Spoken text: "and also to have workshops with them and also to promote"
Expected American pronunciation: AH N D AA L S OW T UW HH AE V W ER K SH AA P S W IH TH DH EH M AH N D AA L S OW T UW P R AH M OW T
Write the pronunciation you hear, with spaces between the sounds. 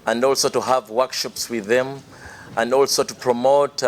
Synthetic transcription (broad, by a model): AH N D AA L S OW T UW HH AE V W ER K SH AA P S W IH DH EH M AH N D AA L S OW T UW P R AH M OW T